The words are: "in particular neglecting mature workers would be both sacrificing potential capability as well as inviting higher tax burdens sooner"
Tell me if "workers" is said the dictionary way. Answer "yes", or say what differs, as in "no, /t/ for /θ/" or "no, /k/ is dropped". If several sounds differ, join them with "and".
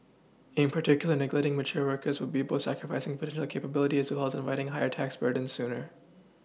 yes